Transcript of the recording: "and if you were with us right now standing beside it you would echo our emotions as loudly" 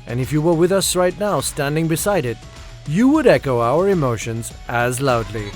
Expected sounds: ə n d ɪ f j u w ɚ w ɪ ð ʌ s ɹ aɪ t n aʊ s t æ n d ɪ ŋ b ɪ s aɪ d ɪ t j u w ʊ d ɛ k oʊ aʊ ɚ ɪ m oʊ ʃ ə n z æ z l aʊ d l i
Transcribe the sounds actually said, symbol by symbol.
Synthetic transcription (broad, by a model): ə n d ɪ f j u w ɚ w ɪ ð ʌ s ɹ aɪ t n aʊ s t æ n d ɪ ŋ b ɪ s aɪ d ɪ t j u w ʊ d ɛ k oʊ aʊ ɚ ɪ m oʊ ʃ ə n z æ z l aʊ d l i